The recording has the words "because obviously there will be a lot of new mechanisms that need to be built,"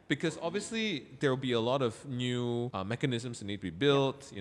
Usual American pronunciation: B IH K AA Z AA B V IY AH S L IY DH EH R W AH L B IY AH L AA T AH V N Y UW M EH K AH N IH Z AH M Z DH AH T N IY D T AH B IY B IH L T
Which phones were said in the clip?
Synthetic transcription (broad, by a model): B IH K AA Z AA B V IY AH S L IY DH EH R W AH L B IY AH L AA T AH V N Y UW M EH K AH N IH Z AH M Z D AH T N IY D T AH B IY B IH L T